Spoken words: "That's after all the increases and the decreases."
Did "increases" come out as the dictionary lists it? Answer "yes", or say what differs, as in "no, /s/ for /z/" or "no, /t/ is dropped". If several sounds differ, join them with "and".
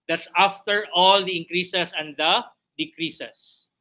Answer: no, /s/ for /z/